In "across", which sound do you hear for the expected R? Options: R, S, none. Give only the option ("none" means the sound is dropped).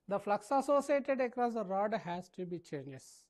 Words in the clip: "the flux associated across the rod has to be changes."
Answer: R